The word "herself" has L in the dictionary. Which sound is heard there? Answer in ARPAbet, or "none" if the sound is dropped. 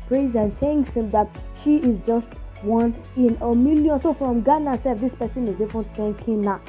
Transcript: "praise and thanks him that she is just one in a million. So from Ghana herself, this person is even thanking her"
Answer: none